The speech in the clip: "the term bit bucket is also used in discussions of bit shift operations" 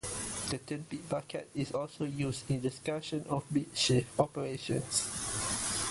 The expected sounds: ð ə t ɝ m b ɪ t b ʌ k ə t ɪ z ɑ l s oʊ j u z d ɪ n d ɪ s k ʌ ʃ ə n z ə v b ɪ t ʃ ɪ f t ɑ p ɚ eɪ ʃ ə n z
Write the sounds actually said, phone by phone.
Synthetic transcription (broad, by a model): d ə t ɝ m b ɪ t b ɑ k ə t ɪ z ɑ l s oʊ j u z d ɪ n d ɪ s k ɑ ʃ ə n ə f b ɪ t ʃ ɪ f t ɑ p ɚ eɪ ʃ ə n s